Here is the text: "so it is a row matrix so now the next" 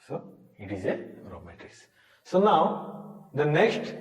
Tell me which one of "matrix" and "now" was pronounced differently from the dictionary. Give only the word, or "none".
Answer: matrix